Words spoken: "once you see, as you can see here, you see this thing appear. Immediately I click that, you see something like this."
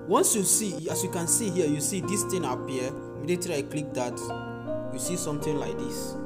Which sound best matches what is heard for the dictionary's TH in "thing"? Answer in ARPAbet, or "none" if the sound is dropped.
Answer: T